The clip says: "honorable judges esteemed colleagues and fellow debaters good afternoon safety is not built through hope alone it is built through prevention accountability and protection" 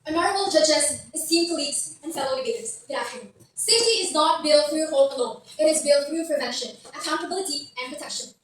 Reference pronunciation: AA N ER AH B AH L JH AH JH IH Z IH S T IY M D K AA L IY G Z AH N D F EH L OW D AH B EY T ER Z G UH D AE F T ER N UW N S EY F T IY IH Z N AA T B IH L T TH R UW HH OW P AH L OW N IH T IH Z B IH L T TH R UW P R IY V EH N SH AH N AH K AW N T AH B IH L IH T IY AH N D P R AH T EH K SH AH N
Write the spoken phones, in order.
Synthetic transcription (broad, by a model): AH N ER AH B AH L JH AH JH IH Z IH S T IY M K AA L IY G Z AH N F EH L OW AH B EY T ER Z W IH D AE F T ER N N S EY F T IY IH Z N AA T B IH L T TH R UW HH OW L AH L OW IH T IH Z B IH L T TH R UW P R IY V EH N SH AH N AH K AW N T AH B IH L IH T IY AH N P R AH T EH K SH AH N